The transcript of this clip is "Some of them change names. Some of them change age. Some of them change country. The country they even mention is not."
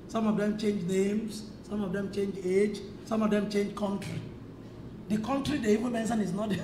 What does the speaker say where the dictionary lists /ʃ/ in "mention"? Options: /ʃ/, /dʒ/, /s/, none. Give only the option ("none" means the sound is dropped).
/s/